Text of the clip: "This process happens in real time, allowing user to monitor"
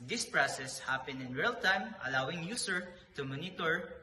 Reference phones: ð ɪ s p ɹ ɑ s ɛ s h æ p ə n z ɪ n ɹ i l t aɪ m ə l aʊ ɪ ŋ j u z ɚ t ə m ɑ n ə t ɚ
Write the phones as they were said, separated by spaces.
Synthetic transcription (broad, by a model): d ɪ s p ɹ ɑ s ɛ s h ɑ p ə n ɪ n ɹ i l t aɪ m ə l aʊ ɪ ŋ j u s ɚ t ə m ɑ n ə t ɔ